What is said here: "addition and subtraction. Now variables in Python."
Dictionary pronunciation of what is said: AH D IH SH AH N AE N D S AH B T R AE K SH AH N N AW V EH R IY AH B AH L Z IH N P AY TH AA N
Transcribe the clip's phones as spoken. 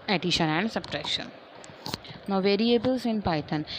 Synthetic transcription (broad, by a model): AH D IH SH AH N AE N D S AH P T R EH SH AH N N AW V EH R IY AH B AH L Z IH N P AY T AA N